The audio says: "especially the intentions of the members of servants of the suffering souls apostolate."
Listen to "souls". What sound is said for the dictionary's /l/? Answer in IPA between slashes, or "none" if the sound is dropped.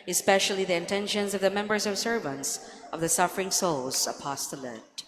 /l/